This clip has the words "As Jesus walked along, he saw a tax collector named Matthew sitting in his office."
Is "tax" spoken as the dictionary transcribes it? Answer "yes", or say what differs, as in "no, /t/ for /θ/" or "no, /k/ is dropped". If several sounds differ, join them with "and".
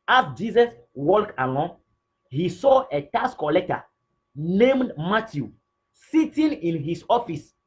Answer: no, /k/ is dropped